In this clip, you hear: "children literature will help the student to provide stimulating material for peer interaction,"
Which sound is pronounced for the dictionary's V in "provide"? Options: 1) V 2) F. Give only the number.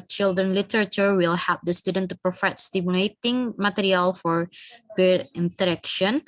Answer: 2